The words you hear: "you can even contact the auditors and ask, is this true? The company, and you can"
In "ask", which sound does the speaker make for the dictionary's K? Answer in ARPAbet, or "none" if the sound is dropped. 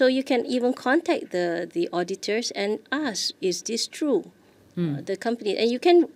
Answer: none